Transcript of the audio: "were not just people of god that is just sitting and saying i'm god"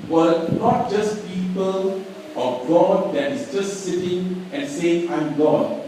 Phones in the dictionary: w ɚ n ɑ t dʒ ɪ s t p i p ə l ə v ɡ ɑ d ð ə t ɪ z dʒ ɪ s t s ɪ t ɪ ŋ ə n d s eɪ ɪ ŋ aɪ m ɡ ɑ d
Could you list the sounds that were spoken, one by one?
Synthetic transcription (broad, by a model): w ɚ n ɑ t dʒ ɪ s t p i p ə l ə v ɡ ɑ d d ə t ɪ s dʒ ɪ s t s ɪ t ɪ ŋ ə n s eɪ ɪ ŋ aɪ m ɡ ɑ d